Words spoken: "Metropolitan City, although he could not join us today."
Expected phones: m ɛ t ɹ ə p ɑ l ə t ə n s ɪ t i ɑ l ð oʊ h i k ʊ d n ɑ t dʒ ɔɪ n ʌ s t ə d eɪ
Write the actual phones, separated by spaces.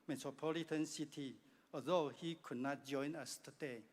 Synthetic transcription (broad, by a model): m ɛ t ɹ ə p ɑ l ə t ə n s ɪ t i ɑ ð oʊ h i k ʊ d n ɑ t dʒ ɔɪ n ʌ s t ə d eɪ